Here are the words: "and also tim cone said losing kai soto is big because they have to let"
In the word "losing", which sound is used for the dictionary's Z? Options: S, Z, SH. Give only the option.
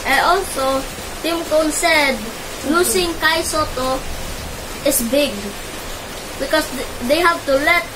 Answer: S